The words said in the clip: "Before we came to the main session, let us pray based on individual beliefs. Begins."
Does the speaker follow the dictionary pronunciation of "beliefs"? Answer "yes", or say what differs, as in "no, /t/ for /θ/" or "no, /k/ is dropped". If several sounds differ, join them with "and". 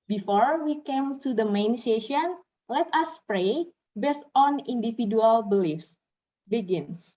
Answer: yes